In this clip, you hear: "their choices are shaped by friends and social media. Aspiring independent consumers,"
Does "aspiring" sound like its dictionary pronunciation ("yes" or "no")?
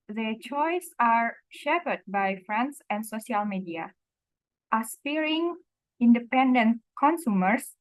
no